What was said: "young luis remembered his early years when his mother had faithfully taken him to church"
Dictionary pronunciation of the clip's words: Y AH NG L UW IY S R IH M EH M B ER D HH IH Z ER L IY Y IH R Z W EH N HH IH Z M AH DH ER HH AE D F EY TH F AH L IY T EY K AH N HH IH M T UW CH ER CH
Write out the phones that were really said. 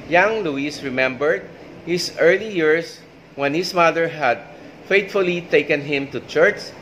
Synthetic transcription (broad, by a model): Y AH NG L UW IY S R IH M EH M B ER D HH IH S ER L IY Y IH R S W EH N HH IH S M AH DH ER HH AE D F EY T F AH L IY T EY K AH N HH IH M T UW CH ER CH